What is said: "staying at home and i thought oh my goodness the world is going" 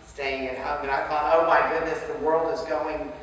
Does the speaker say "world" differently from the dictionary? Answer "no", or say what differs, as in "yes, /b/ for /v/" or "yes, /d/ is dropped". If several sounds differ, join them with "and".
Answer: no